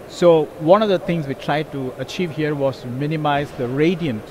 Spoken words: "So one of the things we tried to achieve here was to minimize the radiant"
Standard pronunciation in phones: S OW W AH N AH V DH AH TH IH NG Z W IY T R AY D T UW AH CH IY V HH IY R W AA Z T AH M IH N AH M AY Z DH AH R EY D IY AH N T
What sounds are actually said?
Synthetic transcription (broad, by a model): S OW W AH N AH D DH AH T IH NG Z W IY T R AY D T UW AH CH IY V HH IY R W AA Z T M IH N AH M AY Z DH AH R EY D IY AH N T